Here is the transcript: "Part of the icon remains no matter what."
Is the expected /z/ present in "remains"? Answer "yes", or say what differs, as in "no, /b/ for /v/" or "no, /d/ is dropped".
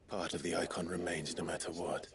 yes